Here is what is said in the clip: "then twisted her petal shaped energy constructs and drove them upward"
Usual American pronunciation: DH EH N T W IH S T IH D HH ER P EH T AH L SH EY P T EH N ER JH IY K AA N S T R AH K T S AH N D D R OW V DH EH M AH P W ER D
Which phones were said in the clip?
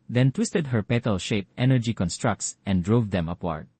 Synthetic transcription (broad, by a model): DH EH N T W IH S T IH D HH ER P EH T AH L SH EY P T EH N ER JH IY K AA N S T R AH K T S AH N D D R OW V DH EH M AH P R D